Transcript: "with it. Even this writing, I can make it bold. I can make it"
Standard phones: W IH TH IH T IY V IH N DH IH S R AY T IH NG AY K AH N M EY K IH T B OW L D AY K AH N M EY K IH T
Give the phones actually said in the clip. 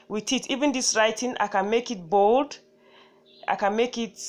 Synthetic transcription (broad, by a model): W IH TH IH T IY V IH N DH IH S R AY T IH NG AY K AH N M EY K IH T B OW L D AY K AH N M EY K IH T